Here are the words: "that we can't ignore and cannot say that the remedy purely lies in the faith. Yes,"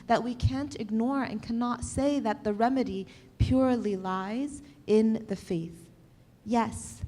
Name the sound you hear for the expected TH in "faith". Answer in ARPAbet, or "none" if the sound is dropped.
TH